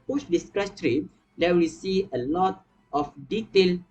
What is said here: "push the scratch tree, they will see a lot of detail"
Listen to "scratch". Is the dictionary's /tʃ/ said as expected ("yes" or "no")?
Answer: no